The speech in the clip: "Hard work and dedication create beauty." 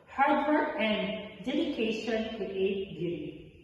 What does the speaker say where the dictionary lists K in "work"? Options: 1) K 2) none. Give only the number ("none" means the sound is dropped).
2